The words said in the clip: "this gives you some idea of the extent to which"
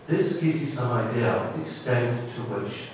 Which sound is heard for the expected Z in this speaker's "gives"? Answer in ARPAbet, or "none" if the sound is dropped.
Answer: Z